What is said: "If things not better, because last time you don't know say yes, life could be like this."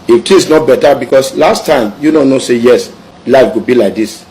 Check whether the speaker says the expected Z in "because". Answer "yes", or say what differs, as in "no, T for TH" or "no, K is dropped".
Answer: no, S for Z